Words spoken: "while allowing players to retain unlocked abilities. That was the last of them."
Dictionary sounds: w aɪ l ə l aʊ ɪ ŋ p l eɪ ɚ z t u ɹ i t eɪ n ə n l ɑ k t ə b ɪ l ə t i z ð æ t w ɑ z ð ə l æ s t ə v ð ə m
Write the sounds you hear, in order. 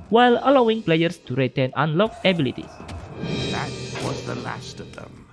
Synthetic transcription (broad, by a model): w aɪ l ə l aʊ ɪ ŋ p l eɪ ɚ s t u ɹ i t eɪ n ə n l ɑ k ə b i l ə t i s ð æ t w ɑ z ð ə l æ s t ə v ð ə m